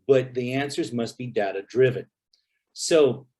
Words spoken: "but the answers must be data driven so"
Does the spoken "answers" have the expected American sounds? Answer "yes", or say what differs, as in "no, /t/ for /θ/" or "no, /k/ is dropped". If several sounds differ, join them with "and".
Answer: yes